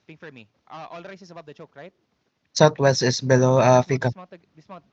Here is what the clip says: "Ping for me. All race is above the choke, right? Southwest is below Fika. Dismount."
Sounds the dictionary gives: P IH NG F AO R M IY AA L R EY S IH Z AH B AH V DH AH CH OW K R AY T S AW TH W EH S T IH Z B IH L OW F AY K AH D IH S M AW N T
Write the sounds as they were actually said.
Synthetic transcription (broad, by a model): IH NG F AO R M IY AA L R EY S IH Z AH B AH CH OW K R AY T S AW T W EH S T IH S B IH L OW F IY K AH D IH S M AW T